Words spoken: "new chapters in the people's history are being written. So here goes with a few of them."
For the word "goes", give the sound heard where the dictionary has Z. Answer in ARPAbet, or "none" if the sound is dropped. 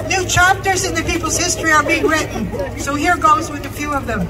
Z